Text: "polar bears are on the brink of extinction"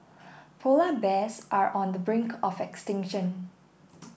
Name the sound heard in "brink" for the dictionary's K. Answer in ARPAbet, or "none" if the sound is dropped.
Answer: K